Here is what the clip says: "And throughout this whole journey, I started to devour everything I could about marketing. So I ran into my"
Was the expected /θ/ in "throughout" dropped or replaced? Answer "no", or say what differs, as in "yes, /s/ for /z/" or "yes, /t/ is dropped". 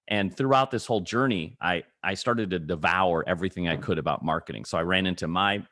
no